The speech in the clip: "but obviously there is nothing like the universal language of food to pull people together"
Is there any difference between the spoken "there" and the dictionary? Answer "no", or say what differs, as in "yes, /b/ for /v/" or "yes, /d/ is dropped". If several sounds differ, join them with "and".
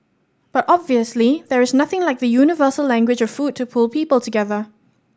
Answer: no